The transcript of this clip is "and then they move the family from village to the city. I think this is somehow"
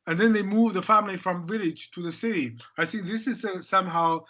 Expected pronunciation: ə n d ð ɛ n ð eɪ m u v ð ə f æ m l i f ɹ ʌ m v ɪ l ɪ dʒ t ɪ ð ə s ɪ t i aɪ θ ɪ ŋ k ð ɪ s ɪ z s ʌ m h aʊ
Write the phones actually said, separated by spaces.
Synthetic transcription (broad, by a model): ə n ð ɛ n ð eɪ m u v ð ə f æ m l i f ɹ ʌ m v ɪ l ɪ dʒ t ɪ ð ə s ɪ t i aɪ θ ɪ ŋ k ð ɪ s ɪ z s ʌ m h aʊ